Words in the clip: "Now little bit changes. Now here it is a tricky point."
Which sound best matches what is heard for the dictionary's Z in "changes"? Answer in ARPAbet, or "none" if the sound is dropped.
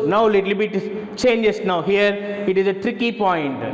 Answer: S